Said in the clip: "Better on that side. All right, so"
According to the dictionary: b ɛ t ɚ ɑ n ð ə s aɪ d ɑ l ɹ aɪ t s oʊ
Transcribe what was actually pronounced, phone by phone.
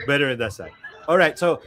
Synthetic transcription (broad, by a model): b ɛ t ɚ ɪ n ð ə s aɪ ɑ l ɹ aɪ t s oʊ